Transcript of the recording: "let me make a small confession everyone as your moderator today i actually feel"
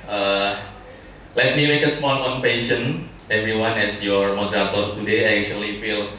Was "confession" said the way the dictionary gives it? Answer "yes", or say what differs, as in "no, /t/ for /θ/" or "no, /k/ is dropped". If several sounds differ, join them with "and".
no, /p/ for /f/